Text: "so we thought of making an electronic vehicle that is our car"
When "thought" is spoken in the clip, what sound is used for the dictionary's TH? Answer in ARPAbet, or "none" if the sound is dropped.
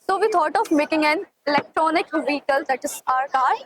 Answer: T